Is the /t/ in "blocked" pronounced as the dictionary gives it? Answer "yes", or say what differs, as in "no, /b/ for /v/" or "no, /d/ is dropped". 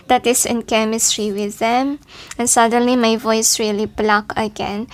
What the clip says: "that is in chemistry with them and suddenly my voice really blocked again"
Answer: no, /t/ is dropped